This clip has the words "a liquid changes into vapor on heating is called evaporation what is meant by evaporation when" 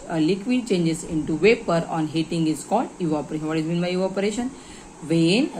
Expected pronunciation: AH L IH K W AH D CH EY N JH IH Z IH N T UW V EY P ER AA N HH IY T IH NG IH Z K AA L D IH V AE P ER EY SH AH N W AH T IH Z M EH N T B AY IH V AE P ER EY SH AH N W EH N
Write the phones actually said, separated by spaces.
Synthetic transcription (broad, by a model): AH L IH K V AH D CH EY N JH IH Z IH N T UW V EY P ER AA N HH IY T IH NG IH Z K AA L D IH AO P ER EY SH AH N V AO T IH Z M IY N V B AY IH AO P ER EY SH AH N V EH N